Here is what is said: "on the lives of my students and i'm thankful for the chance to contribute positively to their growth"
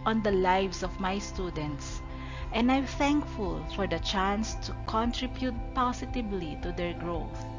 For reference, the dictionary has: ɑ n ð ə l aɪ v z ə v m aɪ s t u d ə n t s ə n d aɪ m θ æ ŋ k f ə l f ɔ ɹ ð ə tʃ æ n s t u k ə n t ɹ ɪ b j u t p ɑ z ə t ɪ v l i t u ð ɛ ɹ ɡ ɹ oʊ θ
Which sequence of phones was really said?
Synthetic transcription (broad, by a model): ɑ n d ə l aɪ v s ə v m aɪ s t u d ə n t s ə n d aɪ m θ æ ŋ k f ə l f ɔ ɹ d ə tʃ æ n s t u k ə n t ɹ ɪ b j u t p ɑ s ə t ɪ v l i t u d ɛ ɹ ɡ ɹ oʊ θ